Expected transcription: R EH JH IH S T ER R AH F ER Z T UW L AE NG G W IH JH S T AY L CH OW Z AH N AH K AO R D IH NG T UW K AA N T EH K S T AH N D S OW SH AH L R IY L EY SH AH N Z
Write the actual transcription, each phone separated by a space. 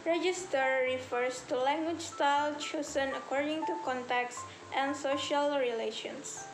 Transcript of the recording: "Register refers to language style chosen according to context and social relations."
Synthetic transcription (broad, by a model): R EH JH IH S T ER R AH F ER S T UW L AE NG G W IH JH S T AY L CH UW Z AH N AH K AO R D IH NG T UW K AA N T EH K S T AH N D S OW SH AH L R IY L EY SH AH N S